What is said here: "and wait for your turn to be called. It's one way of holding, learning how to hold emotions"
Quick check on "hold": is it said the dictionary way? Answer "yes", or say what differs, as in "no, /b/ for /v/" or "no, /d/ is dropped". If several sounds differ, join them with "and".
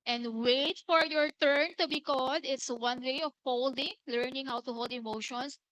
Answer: yes